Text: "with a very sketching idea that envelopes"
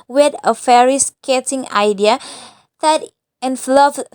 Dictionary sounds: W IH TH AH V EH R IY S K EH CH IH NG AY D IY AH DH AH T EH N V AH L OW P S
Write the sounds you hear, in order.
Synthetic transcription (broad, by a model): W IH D AH F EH R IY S K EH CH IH NG AY D IY AH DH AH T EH N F L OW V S